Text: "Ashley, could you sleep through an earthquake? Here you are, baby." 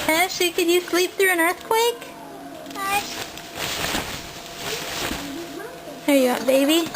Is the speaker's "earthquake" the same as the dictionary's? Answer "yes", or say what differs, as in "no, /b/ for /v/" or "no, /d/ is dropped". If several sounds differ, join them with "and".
yes